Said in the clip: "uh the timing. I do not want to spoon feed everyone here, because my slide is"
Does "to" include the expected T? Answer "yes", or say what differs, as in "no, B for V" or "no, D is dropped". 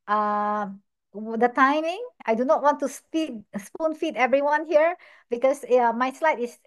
no, S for T